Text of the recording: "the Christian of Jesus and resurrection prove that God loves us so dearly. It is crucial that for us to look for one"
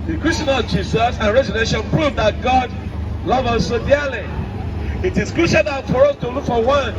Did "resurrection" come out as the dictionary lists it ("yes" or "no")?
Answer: no